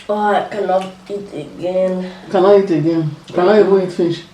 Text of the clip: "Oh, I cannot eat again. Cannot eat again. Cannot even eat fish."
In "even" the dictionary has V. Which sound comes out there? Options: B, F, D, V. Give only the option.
B